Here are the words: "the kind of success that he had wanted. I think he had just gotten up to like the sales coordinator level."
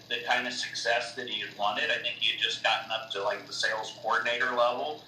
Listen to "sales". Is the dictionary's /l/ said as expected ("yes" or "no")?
yes